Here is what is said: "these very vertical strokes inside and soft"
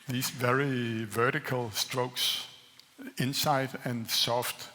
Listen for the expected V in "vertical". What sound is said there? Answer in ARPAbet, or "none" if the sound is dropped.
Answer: V